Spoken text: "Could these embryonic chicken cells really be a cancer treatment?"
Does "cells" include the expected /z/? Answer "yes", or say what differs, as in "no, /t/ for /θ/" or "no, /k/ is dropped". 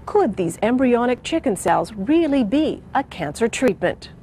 yes